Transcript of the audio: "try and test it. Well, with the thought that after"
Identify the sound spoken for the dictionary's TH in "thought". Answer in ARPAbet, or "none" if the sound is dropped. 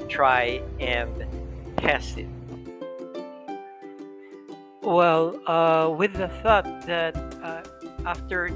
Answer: TH